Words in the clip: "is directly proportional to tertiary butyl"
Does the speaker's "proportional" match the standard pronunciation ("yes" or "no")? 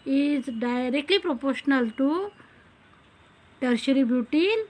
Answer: yes